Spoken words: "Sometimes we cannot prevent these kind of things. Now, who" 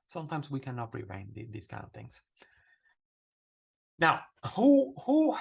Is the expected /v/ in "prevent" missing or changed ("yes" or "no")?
yes